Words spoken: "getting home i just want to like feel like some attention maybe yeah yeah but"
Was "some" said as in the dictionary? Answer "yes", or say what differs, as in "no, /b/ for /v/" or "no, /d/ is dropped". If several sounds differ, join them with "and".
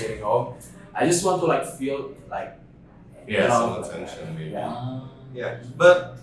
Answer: no, /m/ is dropped